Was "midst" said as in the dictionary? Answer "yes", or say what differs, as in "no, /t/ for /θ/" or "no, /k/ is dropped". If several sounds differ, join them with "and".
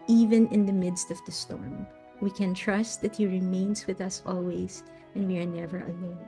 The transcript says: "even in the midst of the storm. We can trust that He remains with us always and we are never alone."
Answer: yes